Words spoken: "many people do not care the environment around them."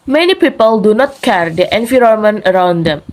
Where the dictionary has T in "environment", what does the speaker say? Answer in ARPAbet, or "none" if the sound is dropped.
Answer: none